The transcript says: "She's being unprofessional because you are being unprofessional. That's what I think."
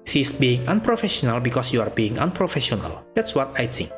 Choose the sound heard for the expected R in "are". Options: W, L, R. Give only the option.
R